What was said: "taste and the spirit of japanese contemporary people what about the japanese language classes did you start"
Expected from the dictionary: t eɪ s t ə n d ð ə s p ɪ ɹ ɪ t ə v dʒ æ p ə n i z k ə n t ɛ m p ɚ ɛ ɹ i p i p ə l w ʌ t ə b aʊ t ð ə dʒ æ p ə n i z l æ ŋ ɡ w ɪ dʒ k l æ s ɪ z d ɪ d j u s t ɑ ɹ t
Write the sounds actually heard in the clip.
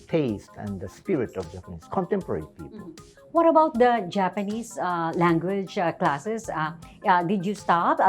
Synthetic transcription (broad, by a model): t eɪ s t ə n d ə s p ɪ ɹ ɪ t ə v dʒ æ p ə n i s k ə n t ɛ m p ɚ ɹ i p i p ə l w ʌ t ə b aʊ t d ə dʒ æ p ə n i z l æ ŋ ɡ w ɪ dʒ k l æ s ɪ s d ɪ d j u s t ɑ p